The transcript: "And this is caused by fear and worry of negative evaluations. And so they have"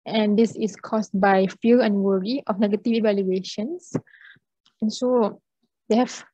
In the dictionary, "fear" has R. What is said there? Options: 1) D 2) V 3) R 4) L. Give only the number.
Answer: 4